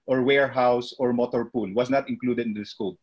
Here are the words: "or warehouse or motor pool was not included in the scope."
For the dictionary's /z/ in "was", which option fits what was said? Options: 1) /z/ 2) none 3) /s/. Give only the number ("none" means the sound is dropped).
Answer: 3